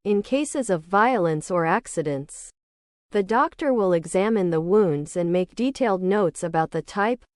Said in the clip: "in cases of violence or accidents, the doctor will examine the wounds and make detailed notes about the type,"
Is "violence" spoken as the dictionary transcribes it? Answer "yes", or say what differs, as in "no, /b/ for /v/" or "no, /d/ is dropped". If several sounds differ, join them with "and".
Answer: yes